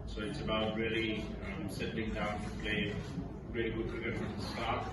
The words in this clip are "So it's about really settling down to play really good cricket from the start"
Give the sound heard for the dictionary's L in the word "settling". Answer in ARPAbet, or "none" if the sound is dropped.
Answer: none